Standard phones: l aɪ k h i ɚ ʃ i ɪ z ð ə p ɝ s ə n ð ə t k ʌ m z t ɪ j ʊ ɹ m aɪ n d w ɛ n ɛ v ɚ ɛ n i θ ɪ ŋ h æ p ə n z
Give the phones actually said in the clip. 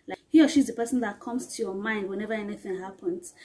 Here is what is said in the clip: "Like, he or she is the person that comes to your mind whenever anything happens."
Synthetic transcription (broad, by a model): l aɪ h i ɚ ʃ i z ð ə p ɝ s ə n ð ə t k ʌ m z t ɪ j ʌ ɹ m aɪ n d w ɛ n ɛ v ɚ ɛ n i θ ɪ ŋ h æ p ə n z